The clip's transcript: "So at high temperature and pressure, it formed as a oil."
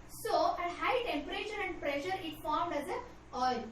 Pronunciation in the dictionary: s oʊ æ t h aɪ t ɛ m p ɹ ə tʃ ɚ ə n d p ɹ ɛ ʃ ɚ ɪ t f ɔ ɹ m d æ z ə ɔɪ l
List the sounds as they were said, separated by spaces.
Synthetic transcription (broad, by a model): s oʊ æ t h aɪ t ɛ m p ɹ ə tʃ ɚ ə n d p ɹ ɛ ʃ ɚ ɪ t f ɔ ɹ m d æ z ə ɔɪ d